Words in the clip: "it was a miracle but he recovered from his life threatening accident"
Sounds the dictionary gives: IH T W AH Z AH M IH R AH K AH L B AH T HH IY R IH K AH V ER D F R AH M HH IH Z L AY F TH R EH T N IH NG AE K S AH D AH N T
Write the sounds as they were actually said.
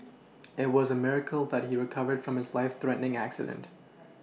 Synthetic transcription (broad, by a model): IH T W AH Z AH M IH R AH K L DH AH T HH IY R IH K AH V ER D F R AH M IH Z L AY F TH R EH T N IH NG AE K S AH D AH N T